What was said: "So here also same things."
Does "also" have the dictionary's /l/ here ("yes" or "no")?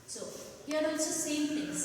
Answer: no